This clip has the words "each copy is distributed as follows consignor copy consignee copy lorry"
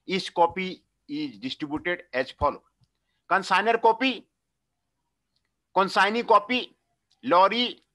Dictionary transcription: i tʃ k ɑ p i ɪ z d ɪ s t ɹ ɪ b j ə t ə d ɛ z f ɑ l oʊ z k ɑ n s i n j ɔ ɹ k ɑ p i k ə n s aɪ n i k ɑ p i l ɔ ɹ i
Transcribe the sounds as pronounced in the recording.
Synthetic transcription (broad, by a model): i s k ɑ p i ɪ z d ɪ s t ɹ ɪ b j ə t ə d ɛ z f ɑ l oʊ k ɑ n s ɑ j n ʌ ɹ k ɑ p i k ə n s aɪ n i k ɑ p i l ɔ ɹ i